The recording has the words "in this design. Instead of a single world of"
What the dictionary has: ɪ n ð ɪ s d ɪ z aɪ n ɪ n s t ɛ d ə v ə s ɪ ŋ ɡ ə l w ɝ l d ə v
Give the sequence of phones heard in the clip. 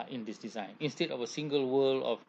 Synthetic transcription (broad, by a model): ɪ n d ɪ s d ɪ z aɪ n ɪ n s t ɛ d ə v ə s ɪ ŋ ɡ ə l w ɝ l ə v